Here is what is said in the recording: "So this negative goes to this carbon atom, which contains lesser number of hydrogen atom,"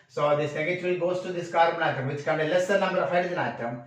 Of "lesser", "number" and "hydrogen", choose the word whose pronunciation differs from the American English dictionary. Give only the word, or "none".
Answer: hydrogen